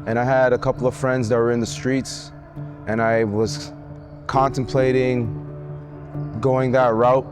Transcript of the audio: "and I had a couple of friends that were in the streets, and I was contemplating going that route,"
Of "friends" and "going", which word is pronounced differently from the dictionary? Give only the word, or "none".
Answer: none